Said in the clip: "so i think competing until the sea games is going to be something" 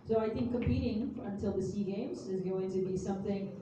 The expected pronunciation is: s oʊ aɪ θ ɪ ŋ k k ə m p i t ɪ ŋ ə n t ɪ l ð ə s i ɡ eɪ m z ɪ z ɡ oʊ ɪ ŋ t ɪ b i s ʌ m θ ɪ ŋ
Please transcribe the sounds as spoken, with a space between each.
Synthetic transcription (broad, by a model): s oʊ aɪ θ ɪ ŋ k k ə m p i t ɪ ŋ ə n t ɪ l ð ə s i ɡ eɪ m z ɪ z ɡ oʊ ɪ ŋ t ɪ b i s ʌ m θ ɪ ŋ